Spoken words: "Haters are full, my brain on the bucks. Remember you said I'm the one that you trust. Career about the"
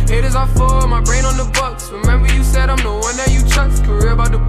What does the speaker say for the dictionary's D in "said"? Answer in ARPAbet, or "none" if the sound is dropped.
D